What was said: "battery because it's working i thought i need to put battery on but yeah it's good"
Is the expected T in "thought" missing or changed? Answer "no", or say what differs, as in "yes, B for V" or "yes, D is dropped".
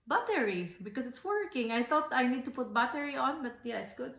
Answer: no